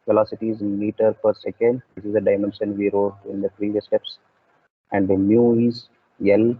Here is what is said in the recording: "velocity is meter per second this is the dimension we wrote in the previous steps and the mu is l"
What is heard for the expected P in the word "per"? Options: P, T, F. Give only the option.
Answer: P